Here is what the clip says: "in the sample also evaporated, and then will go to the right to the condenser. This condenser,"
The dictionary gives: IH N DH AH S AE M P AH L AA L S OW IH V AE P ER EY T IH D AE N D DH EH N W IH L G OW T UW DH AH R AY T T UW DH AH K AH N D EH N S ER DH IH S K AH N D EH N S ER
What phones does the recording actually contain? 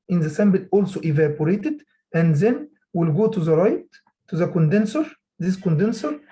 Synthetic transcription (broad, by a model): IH N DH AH S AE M B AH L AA L S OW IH V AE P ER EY T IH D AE N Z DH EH N W IH L G OW T UW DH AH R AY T T UW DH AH K AH N D EH N S ER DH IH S K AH N D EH N S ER